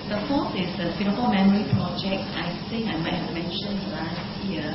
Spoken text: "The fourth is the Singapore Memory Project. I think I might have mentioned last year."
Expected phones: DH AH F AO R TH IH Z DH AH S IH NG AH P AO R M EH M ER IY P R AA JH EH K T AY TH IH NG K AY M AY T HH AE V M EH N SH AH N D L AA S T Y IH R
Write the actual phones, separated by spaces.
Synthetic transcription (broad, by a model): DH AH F AO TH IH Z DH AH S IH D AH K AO L M EH M ER IY P R AA JH EH K T AY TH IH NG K AY M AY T HH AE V M EH N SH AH N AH L AA S T Y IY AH